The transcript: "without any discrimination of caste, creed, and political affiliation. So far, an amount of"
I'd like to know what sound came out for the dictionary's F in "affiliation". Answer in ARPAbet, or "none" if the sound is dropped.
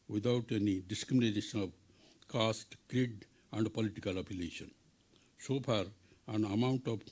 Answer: P